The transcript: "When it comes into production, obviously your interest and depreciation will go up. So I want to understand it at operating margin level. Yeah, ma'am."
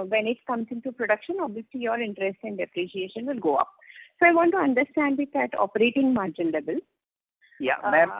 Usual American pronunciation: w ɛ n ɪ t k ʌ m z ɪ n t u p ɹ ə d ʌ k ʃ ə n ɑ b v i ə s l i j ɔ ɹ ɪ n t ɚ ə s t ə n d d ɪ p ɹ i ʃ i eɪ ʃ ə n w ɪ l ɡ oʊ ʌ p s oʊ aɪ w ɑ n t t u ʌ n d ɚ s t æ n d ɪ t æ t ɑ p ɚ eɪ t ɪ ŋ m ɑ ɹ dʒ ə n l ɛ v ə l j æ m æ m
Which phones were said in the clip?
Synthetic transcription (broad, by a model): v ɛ n ɪ t k ʌ m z ɪ n t u p ɹ ə d ʌ k ʃ ə n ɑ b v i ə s l i j ɔ ɹ ɪ n t ɚ ə s t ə n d d ɪ p ɹ i ʃ i eɪ ʃ ə n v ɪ l ɡ oʊ ʌ p s oʊ aɪ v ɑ n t t u ʌ n d ɚ s t æ n d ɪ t æ t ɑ p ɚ eɪ t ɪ ŋ m ɑ ɹ dʒ ə n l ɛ b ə l j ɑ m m